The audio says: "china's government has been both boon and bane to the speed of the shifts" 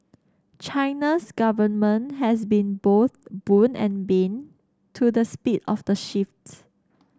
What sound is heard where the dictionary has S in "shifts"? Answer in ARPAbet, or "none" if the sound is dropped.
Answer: none